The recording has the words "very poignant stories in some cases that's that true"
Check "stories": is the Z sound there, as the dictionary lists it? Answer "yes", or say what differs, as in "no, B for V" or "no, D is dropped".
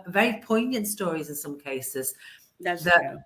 yes